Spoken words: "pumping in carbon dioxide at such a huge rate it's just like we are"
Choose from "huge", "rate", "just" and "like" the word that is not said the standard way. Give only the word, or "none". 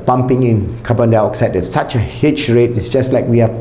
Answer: huge